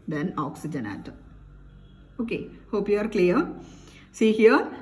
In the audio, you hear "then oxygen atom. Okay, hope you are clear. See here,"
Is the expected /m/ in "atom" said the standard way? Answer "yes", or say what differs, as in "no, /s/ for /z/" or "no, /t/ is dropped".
no, /m/ is dropped